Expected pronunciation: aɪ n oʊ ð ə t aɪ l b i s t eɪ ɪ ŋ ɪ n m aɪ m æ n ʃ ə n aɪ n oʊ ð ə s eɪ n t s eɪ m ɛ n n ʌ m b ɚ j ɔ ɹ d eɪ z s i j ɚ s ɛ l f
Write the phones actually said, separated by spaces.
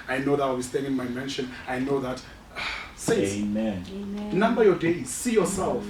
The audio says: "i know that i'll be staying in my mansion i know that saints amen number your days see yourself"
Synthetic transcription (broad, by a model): aɪ n oʊ ð ə t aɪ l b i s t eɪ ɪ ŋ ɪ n m aɪ m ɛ n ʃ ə n aɪ n oʊ ð ə t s eɪ m ɛ n n ʌ m b ɚ j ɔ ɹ d eɪ z s i j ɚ s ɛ l f